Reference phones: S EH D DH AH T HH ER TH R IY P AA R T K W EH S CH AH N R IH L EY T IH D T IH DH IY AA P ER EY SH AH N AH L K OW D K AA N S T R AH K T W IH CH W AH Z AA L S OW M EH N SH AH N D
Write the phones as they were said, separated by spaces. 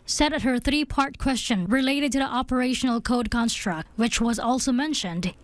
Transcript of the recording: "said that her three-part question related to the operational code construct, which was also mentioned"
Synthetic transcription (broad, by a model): S EH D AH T HH ER TH R IY P AA R T K W EH S CH AH N R IH L EY T IH D T IH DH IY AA P ER EY SH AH N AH L K OW D K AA N S T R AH K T W IH CH W AH Z AA L S OW M EH N SH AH N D